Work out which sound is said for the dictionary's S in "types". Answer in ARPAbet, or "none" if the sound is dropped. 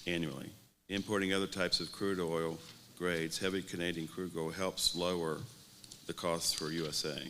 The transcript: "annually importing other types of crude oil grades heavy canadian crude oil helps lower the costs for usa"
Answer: S